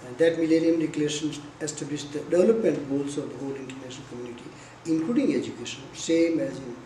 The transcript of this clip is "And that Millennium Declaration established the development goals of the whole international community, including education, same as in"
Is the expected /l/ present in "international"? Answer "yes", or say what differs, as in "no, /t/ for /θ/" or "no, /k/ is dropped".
no, /n/ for /l/